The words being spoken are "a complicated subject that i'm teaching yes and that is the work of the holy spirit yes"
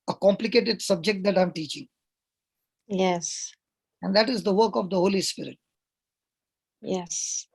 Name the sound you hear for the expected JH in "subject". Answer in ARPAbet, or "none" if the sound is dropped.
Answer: JH